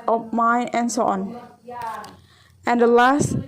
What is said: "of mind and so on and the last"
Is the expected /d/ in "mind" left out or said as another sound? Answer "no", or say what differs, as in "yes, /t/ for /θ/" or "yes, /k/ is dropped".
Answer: yes, /d/ is dropped